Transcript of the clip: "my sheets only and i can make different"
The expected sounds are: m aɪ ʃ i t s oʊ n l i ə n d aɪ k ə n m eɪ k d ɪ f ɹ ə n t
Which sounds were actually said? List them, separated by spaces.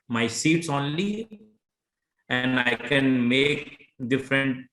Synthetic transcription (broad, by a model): m aɪ s i t s oʊ n l i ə n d aɪ k ə n m eɪ k d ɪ f ɹ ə n t